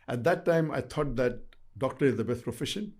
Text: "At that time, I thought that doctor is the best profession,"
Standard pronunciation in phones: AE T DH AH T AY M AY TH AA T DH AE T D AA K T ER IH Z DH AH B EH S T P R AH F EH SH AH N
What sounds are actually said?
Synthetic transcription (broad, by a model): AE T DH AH T AY M AY T AA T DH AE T D AA K T ER IH Z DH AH B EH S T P R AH F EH SH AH N